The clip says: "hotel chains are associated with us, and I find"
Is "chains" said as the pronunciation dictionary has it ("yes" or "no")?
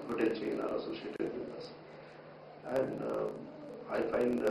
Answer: no